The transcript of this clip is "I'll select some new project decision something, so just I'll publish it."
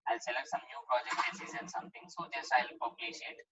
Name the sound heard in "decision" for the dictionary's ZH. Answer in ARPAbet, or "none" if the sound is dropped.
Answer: Z